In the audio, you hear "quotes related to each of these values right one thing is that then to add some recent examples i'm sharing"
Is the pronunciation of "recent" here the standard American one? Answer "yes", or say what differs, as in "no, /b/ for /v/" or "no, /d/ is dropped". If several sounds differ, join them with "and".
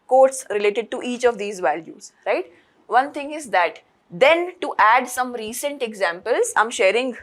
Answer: yes